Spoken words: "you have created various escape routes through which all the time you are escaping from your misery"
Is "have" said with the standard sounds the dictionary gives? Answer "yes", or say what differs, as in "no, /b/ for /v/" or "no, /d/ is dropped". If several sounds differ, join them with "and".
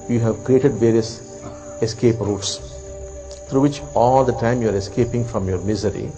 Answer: yes